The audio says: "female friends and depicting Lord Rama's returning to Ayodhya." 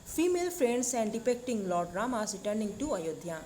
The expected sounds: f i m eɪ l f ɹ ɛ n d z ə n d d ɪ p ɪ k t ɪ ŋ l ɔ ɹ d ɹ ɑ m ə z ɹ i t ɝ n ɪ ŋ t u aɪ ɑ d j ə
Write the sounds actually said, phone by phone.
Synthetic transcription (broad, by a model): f i m eɪ l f ɹ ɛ n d s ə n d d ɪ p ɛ k t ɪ ŋ l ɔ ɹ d ɹ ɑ m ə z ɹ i t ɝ n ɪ ŋ t u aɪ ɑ d j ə